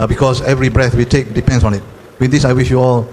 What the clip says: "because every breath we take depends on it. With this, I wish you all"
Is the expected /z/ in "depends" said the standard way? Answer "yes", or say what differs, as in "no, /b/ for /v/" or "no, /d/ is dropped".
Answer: no, /s/ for /z/